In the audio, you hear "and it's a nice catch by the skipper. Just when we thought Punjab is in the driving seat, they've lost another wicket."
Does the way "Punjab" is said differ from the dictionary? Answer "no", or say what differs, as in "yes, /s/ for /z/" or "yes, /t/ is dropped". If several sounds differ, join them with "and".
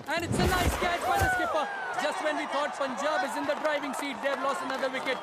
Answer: yes, /f/ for /p/